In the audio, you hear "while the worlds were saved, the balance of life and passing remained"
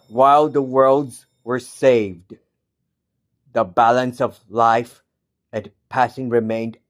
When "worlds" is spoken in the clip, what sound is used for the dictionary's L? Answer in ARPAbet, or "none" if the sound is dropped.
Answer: L